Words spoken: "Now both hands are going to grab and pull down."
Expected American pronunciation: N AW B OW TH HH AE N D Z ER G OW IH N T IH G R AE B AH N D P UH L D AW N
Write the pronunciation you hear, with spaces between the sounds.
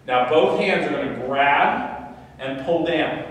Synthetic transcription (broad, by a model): N AW B OW TH HH AE N D Z ER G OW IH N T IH G R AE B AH N P UH L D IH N